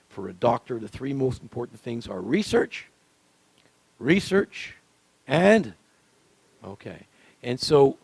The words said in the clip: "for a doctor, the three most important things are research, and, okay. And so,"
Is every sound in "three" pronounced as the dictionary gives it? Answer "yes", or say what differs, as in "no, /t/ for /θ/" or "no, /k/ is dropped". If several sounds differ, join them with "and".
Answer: yes